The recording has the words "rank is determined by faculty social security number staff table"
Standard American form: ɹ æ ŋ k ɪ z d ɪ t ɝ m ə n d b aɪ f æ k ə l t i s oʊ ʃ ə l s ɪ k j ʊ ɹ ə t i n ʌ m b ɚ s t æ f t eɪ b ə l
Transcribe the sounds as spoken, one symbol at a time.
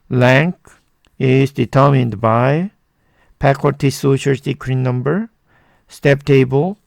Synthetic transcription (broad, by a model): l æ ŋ k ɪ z d ɪ t ɝ m ə n d b aɪ p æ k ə t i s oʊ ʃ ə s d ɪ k ɹ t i n ʌ m b ɚ s t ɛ p t eɪ b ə l